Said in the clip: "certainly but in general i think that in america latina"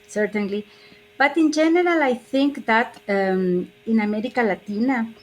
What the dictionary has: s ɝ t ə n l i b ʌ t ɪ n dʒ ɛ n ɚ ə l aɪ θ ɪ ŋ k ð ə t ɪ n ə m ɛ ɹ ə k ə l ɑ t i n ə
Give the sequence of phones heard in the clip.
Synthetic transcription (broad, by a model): s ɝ t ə n l i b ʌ t ɪ n dʒ ɛ n ɚ ə l aɪ θ ɪ ŋ k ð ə t ɪ n ə m ɛ ɹ ə k ə l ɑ t i n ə